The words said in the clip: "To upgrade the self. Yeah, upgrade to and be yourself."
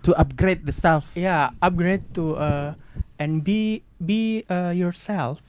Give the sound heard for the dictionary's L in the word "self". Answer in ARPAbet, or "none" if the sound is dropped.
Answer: L